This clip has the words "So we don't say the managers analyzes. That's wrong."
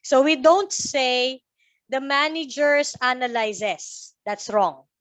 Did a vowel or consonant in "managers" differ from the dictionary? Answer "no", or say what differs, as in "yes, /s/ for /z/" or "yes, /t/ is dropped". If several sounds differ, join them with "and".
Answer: yes, /s/ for /z/